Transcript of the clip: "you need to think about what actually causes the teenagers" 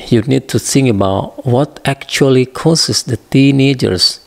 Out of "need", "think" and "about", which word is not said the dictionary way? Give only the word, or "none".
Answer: think